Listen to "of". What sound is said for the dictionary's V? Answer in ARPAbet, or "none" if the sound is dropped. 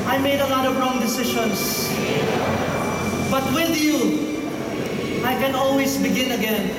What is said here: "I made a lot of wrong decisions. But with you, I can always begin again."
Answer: V